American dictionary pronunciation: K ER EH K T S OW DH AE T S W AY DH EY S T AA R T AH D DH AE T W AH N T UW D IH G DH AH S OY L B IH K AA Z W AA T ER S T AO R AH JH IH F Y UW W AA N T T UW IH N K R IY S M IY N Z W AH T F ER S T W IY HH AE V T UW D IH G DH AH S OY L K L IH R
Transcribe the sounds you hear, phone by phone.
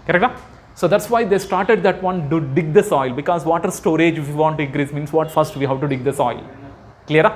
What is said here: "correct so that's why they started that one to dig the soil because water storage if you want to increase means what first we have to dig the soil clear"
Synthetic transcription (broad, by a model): K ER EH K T S OW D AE T S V AY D EY S T AA R T AH D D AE T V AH N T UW D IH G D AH S OY L B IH K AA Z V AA T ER S T AO R AH JH IH F Y UW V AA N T T UW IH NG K R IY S M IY N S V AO T F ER S T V IY HH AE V T UW D IH G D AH S OY L K L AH R